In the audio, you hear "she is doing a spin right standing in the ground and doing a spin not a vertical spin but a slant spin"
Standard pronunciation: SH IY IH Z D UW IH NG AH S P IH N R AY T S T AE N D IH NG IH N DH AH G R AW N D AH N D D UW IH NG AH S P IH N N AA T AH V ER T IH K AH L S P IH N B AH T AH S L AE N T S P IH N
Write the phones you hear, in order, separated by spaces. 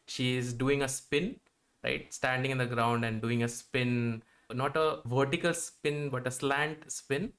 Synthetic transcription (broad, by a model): SH IY IH Z D UW IH NG AH S P IH N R AY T S T AE N D IH NG IH N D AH G R AW N D AH N D D UW IH NG AH S P IH N N AA T AH V ER T IH K AH L S P IH N B AH T AH S L AE N T S P IH N